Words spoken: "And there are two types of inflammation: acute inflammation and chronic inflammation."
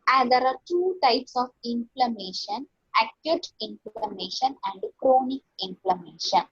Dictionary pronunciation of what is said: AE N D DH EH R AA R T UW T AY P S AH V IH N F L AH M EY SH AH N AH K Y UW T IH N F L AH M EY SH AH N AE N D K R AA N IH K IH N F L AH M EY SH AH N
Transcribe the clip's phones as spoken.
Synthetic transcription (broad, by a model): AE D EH R AA R T UW T AY P S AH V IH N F L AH M EY SH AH N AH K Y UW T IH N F L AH M EY SH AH N AE N D K R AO N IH K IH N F L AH M EY SH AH N